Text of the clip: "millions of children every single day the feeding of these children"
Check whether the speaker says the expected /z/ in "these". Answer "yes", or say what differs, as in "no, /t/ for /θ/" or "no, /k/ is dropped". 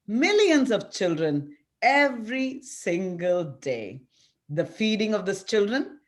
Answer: no, /s/ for /z/